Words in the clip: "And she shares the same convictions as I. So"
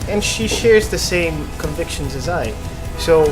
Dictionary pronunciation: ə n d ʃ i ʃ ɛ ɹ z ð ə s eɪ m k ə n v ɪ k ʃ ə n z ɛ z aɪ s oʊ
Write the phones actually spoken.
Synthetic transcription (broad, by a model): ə n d ʃ i ʃ ɛ ɹ z ð ə s eɪ m k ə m v ɪ k ʃ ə n z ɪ z aɪ s oʊ